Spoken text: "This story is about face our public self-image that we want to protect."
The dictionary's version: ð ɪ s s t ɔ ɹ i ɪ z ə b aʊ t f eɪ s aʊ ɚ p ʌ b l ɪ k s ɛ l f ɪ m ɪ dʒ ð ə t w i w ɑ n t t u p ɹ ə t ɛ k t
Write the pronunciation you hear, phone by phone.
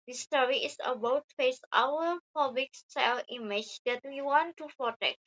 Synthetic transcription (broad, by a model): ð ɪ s s t ɔ ɹ i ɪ s ə b aʊ t f eɪ s aʊ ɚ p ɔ b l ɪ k s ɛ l i m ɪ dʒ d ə t w i w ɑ n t t u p ɹ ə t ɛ k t